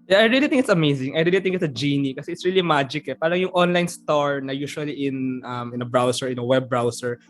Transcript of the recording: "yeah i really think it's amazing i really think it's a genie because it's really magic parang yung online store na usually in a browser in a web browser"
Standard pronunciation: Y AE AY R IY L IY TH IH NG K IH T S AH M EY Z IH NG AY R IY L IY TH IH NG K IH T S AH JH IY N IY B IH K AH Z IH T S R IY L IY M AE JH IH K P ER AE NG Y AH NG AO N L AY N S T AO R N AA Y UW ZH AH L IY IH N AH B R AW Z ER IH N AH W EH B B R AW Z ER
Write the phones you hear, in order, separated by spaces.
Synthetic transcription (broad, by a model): Y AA AY R IY L IY T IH NG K IH T S AH M EY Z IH NG AY R IY L IY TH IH NG K IH T S AH JH IY N IY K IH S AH IH T S R IY L IY M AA JH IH K P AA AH NG Y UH NG AO N L AY N S T AO R N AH Y UW SH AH L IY IH N AH B R AW S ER IH N AH W EH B B R AW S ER